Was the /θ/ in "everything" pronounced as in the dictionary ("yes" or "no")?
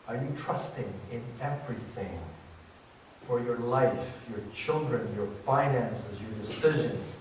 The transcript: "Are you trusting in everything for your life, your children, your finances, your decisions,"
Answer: yes